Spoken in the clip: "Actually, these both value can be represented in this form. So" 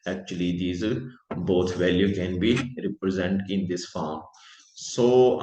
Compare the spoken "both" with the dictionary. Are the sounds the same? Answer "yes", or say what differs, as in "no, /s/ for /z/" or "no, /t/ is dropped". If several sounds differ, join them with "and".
no, /t/ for /θ/